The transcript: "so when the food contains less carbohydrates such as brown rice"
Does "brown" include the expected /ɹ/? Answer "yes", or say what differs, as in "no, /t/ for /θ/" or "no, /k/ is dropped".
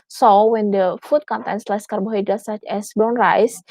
no, /ɹ/ is dropped